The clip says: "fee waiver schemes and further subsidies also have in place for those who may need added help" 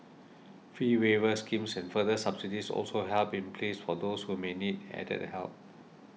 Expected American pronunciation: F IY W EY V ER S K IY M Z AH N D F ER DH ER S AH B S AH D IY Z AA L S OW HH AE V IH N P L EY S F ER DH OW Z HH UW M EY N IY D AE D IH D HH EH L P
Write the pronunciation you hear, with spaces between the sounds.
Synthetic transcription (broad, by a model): F IY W EY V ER S K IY M S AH N F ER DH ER S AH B S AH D IY S AA L S OW HH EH P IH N P L EY S F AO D OW S HH UW M EY N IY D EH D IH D HH EH L P